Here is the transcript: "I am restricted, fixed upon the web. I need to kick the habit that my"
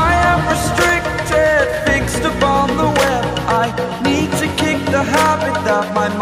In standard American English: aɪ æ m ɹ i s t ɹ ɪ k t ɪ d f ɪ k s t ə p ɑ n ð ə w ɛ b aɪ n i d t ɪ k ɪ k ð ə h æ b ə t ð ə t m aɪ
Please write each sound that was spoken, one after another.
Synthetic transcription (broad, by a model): aɪ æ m ɹ i s t ɹ ɪ k t ɪ d f ɪ k s t ə p ɑ n ð ə w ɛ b aɪ n i d t ɪ k ɪ k ð ə h æ b ə t ð ə t m aɪ